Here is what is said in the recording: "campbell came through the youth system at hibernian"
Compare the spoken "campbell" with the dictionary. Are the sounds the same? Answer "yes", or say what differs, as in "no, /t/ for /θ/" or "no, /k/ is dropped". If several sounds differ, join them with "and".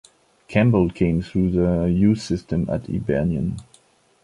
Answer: yes